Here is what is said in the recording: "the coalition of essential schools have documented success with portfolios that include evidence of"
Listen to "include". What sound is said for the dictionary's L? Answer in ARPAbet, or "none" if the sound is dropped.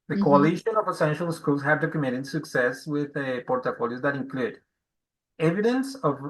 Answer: L